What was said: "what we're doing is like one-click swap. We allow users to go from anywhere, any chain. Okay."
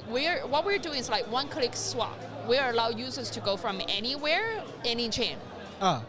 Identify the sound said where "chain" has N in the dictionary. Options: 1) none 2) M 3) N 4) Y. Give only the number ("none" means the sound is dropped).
3